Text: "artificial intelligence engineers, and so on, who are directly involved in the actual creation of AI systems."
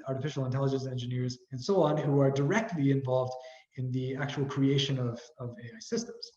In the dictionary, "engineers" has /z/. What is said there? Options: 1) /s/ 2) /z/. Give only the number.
2